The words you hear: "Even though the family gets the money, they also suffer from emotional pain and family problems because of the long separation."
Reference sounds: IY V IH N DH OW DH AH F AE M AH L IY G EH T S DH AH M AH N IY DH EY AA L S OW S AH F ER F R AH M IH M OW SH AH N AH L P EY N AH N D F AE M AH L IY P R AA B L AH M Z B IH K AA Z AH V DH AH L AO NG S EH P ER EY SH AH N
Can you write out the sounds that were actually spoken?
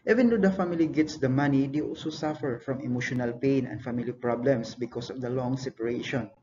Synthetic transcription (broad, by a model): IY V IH N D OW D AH F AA M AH L IY G EH T S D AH M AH N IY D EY AA L S OW S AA F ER F R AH M IH M OW SH AH N AH L P EY N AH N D F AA M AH L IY P R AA B L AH M S B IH K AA S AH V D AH L AO NG S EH P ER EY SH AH N